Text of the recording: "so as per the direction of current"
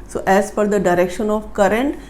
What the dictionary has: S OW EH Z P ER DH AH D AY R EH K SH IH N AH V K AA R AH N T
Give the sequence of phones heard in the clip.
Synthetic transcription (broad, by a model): S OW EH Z F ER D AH D AY R EH K SH IH N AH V K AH R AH N T